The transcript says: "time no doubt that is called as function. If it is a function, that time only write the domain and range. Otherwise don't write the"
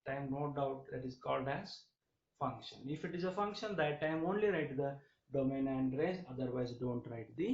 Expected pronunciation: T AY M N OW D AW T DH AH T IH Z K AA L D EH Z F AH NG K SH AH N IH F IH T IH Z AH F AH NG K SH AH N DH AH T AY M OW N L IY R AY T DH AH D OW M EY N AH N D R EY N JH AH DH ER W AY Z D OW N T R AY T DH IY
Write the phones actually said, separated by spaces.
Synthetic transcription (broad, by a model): T AY M N OW D AW T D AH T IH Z K AA L D EH Z F AH NG K SH AH N IH F IH T IH Z AH F AH NG K SH AH N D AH T AY M OW N L IY R AY T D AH D OW M EY N AH N D R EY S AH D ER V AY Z D OW N T R AY T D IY